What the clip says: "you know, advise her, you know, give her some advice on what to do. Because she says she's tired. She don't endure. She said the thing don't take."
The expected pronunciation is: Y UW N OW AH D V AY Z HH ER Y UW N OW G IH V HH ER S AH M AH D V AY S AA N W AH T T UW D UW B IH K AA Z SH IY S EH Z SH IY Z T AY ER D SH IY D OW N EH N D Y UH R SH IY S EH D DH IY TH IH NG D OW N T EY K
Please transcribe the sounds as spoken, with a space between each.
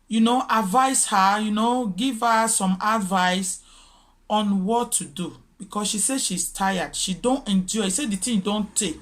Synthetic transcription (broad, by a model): Y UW N OW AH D V AY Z HH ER Y UW N OW G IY V HH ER S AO M AH D V AY S AA N W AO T T UW D UW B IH K AA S SH IY S EH SH IY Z T AY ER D SH IY D OW N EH N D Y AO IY S EH D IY T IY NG D OW N T EY K